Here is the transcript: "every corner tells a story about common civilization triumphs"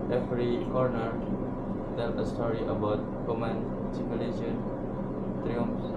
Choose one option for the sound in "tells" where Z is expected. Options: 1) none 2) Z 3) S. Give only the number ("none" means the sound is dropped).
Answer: 1